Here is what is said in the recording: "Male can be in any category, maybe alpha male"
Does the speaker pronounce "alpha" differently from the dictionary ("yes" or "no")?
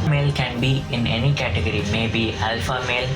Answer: no